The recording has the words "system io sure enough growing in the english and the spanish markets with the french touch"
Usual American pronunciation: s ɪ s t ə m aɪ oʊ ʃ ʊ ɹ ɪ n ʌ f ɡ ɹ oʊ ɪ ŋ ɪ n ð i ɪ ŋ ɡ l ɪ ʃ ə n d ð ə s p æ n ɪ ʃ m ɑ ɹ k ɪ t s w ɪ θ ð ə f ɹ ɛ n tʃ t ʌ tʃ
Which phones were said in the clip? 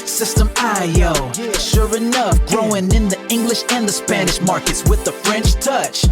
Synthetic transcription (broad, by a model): s ɪ s t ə m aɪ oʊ ʃ ʊ ɹ ɪ n ʌ f ɡ ɹ oʊ ɪ ŋ ɪ n ð i ɪ ŋ ɡ l ɪ ʃ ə n ð ə s p æ n ɪ ʃ m ɑ ɹ k ɪ t s w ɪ ð ə f ɹ ɛ n tʃ t ʌ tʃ